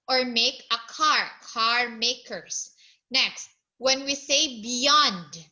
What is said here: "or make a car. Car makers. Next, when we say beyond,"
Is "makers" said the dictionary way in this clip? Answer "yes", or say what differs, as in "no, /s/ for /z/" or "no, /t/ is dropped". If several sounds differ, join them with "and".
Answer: no, /s/ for /z/